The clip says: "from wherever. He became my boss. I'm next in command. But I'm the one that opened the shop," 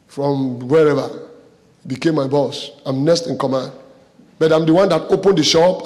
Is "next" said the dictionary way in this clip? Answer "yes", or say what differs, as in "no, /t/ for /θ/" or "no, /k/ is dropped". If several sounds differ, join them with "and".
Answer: no, /k/ is dropped